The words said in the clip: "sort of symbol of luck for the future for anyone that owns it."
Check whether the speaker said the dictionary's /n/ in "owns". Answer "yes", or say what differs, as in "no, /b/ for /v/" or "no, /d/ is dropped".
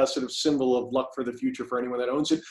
yes